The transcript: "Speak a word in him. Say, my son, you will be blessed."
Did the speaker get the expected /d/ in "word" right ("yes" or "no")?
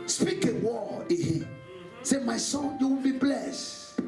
no